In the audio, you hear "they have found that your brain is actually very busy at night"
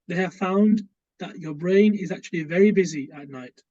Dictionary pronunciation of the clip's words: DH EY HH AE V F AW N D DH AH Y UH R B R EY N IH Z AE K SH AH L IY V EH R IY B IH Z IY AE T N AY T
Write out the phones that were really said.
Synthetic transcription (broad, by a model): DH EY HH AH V F AW N DH AH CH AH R B R EY N IH Z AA K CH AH L IY V EH R IY B IH Z IY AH T N AY T